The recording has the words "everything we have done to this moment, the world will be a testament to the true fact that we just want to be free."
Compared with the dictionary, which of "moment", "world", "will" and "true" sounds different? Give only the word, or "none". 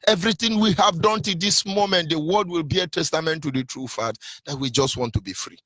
world